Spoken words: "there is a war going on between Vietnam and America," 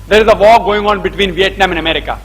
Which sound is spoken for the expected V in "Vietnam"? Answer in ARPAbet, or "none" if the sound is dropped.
V